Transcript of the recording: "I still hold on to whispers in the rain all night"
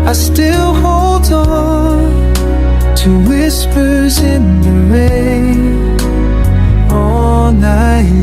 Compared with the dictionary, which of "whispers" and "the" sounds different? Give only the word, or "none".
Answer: none